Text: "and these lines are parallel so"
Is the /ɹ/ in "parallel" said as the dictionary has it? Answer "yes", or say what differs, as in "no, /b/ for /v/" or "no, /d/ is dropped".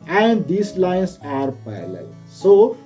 no, /ɹ/ is dropped